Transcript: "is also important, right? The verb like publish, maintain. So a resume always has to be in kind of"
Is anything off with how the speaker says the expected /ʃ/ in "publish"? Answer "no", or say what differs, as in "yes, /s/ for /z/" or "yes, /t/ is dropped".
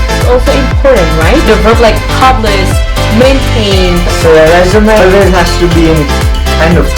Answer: yes, /s/ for /ʃ/